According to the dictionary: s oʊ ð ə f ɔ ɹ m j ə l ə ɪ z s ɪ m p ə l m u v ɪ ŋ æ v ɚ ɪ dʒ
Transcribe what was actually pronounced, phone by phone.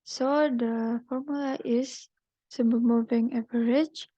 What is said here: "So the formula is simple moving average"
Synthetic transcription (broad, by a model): s oʊ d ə f ɔ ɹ m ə l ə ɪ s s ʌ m ə m u v ɪ ŋ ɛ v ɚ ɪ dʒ